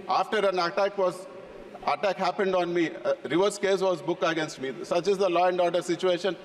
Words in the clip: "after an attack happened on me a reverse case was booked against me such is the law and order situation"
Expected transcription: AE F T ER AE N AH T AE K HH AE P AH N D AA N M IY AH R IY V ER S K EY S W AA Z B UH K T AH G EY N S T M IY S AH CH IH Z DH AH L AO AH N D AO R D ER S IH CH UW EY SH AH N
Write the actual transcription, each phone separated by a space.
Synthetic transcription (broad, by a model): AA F T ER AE N AH T AE K HH AE P AH N D AA N M IY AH R IY V ER S K EY S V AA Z B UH K AH G EY N S T M IY S AH CH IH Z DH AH L AO AH N D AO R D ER S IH CH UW EY SH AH N